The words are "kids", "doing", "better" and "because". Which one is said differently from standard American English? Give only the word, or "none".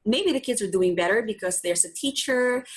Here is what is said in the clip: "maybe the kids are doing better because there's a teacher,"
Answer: none